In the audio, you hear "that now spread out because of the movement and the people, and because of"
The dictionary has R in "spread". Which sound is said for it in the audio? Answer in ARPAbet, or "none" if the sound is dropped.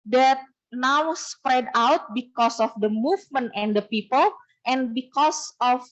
R